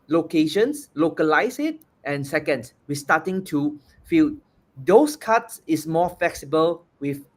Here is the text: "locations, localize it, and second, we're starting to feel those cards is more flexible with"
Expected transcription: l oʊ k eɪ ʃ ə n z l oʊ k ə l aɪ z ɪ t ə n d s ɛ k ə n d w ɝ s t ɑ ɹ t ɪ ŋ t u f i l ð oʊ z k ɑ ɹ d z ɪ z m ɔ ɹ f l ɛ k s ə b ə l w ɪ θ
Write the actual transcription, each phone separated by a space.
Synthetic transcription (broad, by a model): l oʊ k eɪ ʃ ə n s l oʊ k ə l aɪ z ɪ t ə n s ɛ k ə n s w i s t ɑ t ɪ ŋ t u f i l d oʊ s k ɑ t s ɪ s m ɔ f l ɛ k s ə b ə l w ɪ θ